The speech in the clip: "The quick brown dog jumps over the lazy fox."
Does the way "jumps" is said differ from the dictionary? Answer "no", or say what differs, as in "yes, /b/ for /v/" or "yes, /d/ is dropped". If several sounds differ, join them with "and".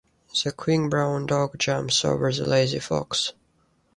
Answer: yes, /p/ is dropped